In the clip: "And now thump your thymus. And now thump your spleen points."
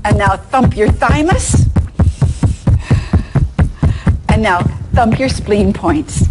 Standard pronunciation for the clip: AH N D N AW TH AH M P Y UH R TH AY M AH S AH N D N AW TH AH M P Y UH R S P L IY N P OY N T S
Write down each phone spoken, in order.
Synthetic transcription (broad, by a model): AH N N AW TH AH M P Y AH R TH AY M AH S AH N N AW TH AH M P Y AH R S P L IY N P OY N T S